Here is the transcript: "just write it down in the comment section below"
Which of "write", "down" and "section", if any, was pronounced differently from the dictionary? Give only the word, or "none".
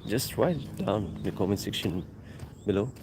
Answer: down